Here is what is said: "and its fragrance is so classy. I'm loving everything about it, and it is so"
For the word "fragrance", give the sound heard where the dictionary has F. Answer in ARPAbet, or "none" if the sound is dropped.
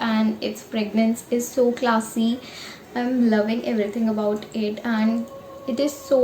P